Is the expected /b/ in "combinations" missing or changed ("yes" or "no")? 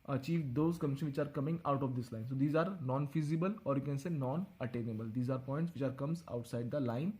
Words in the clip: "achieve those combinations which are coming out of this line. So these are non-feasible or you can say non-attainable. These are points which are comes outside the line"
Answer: yes